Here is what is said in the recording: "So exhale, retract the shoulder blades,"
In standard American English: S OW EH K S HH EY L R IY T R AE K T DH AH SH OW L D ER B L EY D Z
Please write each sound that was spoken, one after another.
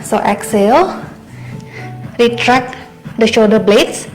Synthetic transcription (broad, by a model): S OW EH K S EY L R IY T R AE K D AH SH OW D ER B L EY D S